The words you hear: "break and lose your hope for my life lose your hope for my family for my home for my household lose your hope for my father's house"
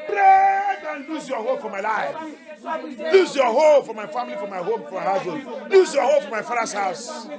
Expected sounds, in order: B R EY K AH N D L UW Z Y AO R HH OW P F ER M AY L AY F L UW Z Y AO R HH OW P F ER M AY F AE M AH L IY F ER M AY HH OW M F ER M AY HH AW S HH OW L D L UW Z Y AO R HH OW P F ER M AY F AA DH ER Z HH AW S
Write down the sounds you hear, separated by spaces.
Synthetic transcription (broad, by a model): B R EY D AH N L UW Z Y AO HH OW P F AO M AY L AY F L UW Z Y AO HH OW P F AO M AY F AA M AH L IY F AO M AY HH OW M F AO M AY HH AW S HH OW D L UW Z Y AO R HH OW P F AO M AY F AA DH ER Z HH AW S